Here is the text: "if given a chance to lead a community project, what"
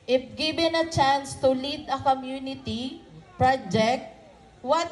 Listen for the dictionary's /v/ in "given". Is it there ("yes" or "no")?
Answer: no